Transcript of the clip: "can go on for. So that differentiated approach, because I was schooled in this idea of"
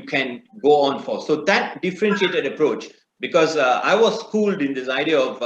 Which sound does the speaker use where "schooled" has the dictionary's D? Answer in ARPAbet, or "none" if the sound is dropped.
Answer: D